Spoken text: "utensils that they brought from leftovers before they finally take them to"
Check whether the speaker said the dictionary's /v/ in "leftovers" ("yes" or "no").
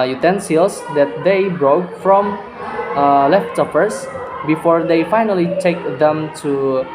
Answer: no